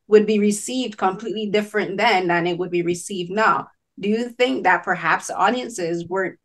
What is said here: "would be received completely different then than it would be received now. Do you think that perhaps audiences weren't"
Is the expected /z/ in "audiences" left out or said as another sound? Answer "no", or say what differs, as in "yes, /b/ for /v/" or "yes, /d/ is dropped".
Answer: no